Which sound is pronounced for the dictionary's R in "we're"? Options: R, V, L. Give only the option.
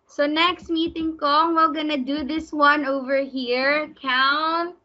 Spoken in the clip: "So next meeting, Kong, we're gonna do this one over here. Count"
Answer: L